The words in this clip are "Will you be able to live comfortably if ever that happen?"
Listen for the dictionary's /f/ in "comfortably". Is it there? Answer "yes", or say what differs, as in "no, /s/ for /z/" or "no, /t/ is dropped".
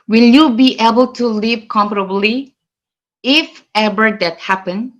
no, /p/ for /f/